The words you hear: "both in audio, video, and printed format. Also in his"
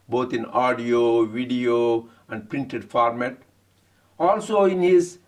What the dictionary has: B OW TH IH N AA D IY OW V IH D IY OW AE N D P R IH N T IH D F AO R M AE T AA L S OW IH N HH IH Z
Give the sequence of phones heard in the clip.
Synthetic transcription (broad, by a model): B OW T IH N AA D IY OW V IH D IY OW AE N D P R IH N T IH D F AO R M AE T AA L S OW IH N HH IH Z